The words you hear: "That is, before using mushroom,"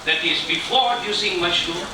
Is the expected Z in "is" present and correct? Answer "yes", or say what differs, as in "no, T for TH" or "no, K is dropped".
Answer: yes